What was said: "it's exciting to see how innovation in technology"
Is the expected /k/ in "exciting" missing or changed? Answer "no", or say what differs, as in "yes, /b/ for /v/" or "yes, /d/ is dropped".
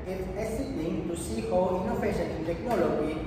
yes, /k/ is dropped